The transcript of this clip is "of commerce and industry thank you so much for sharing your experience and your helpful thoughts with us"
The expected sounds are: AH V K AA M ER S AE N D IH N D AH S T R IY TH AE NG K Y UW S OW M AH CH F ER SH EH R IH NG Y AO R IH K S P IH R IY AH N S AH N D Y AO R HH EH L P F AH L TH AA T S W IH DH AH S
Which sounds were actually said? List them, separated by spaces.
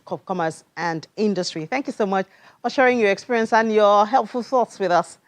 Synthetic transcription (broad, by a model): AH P K AA M ER S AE N D IH N D AH S T R IY TH AE NG K Y UW S OW M AH CH F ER SH EH R IH NG Y AO R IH K S P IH R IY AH N S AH N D Y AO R HH EH L P F AH L TH AA T S W IH DH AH S